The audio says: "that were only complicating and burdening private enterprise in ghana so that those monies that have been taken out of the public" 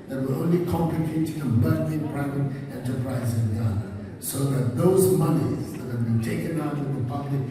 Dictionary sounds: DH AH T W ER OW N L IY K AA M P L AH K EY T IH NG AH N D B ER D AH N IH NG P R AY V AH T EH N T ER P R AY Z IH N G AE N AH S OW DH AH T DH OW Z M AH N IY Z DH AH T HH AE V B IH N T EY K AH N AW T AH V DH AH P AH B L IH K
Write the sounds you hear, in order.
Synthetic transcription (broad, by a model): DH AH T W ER OW N L IY K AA M P L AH K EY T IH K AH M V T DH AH IH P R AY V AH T EH N T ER P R AY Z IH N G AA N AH S OW DH AH T DH OW Z M AH N IY Z DH AH T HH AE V B IH N T EY K AH N AW T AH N DH AH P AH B L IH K